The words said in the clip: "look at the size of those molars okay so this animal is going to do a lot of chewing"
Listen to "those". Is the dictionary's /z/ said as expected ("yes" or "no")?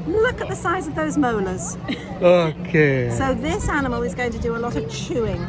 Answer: yes